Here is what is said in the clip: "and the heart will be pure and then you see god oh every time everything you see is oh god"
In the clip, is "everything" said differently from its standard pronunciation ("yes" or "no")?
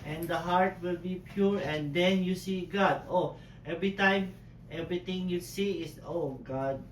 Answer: yes